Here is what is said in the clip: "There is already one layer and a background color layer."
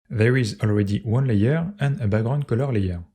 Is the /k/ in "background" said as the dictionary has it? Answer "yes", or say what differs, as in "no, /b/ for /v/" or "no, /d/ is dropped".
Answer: no, /k/ is dropped